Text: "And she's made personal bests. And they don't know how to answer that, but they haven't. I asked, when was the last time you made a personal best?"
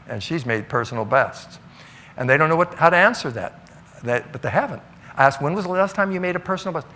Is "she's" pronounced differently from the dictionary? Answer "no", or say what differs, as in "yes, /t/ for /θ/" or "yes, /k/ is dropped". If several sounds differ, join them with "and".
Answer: no